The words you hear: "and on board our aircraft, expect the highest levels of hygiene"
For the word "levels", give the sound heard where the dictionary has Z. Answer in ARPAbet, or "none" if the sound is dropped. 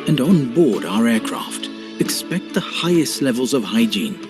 Z